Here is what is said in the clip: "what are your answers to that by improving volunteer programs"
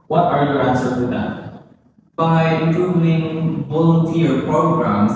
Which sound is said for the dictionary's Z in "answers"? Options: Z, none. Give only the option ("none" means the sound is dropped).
none